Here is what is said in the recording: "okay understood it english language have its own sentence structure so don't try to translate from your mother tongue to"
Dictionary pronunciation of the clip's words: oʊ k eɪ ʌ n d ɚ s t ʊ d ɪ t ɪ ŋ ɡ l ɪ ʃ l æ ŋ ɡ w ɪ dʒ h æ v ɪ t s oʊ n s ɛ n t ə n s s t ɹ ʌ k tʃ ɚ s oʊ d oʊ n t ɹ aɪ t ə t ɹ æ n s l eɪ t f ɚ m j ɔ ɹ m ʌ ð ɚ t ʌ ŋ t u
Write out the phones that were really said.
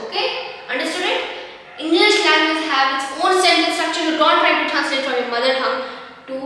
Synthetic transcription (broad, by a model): oʊ k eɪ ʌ n d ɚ s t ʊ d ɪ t ɪ ŋ ɡ l ɪ ʃ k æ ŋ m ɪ z h æ v ɪ t s oʊ n s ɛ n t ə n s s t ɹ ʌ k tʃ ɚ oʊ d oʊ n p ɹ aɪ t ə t æ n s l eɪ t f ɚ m j ɔ ɹ m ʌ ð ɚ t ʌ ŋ t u